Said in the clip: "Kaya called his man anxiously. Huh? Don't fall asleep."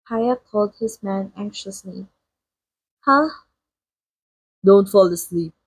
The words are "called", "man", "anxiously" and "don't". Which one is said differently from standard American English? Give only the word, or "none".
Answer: none